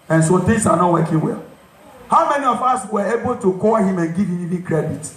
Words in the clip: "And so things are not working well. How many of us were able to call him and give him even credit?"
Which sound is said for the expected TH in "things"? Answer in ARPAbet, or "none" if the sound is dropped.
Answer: T